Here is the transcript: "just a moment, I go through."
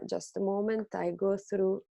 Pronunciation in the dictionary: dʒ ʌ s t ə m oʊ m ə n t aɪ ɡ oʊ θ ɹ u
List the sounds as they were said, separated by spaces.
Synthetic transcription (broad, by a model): dʒ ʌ s t ə m oʊ m ə n t aɪ ɡ oʊ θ ɹ u